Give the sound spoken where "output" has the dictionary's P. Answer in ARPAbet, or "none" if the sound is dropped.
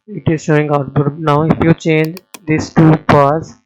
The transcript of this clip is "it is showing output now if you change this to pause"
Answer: B